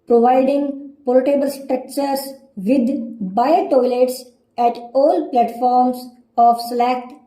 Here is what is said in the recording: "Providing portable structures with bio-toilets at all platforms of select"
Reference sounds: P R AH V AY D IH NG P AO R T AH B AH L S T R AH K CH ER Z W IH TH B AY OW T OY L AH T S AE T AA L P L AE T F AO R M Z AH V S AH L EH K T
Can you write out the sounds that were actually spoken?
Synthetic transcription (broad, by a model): P R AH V AY D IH NG P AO L T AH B AH L S T R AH K CH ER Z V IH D B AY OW T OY L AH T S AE T AA L P L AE T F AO R M S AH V S L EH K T